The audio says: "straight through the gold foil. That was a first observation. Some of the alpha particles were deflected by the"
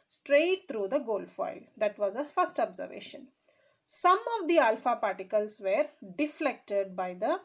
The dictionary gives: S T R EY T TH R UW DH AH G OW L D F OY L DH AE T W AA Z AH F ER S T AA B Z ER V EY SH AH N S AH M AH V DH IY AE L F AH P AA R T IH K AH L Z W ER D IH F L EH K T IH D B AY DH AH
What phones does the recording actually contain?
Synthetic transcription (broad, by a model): S T R EY T T R UW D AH G OW L D F OY L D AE T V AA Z AH F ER S T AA B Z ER V EY SH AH N S AH M AH V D IY AE L F AH P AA R T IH K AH L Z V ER D IH F L EH K T IH D B AY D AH